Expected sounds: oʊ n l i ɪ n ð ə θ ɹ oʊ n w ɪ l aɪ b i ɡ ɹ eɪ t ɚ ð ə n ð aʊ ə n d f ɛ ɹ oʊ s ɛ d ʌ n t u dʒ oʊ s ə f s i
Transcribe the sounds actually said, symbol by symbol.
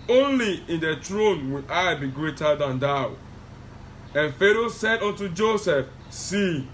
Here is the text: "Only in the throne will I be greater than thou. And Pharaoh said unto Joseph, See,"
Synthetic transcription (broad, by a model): oʊ n l i ɪ n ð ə t ɹ oʊ n w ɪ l aɪ b i ɡ ɹ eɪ t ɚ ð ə n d aʊ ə n f ɛ ɹ oʊ s ɛ d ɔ n t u dʒ oʊ s ə f s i